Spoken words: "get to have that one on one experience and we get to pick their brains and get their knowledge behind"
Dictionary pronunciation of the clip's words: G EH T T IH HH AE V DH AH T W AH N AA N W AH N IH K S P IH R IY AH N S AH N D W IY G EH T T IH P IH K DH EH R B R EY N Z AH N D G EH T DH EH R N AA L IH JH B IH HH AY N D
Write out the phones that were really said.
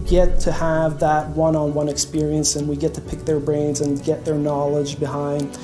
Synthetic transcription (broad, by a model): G EH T T IH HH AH V DH AH T W AH N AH N W AH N IH K S P IH R IY AH N S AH N W IY G EH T T IH P IH K DH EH R B R EY N Z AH N G EH T DH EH R N AA L IH JH B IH HH AY N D